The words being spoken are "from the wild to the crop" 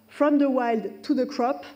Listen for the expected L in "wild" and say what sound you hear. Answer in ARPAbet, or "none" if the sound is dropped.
L